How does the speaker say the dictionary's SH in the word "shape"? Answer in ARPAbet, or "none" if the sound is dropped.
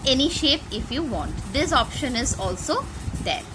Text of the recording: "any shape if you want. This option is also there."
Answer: SH